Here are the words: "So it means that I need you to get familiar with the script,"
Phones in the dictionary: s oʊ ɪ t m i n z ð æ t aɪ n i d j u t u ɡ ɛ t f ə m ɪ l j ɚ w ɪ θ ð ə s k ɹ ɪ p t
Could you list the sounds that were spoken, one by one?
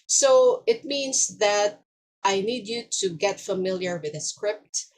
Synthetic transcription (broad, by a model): s oʊ ɪ t m i n s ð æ t aɪ n i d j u t u ɡ ɛ t f ə m ɪ l j ɚ w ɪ ð ə s k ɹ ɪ p t